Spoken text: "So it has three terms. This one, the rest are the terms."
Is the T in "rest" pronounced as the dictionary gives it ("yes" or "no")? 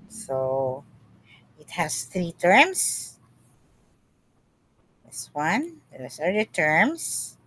no